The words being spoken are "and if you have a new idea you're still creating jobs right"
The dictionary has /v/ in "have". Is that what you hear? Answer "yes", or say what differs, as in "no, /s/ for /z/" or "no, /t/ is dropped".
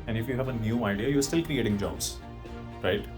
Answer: yes